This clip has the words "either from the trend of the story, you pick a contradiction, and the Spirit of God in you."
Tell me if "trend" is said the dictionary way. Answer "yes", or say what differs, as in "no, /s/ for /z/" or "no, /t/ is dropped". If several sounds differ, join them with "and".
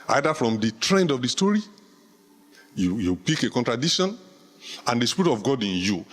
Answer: yes